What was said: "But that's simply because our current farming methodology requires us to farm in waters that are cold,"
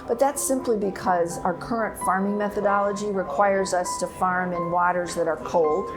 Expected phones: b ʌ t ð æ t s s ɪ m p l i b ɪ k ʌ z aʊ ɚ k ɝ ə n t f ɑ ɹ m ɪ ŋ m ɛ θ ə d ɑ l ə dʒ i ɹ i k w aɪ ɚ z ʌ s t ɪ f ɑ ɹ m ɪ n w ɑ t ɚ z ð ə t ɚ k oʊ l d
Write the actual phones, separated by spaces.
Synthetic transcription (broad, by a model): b ʌ t ð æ t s s ɪ m p l i b ɪ k ʌ z aʊ ɚ k ɝ ə n t f ɑ ɹ m ɪ ŋ m ɛ θ ə d ɑ l ə dʒ i ɹ i k w aɪ ɚ z ʌ s t ɪ f ɑ ɹ m ɪ n w ɑ t ɚ z ð ə t ɚ k oʊ l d